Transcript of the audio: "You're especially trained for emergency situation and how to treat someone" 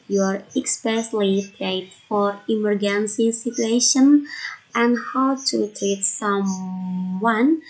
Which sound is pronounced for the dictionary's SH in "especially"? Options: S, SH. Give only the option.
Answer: S